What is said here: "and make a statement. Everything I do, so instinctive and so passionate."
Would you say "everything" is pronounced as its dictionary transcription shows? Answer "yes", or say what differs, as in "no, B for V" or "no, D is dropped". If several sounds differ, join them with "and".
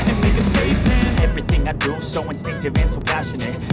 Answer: yes